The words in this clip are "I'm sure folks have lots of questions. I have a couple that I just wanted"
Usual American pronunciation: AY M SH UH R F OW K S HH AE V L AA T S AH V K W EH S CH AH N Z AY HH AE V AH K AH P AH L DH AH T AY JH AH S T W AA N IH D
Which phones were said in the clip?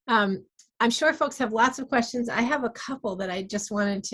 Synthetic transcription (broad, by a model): AY M SH UH R F OW K S HH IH V L AA T S AH V K W EH S CH AH N Z AY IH V AH K AH P L DH AH T AY JH AH S T W AA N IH D